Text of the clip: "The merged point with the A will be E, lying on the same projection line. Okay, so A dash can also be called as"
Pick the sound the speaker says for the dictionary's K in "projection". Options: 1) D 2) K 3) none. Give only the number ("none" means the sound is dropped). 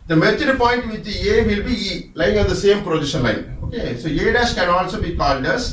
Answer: 3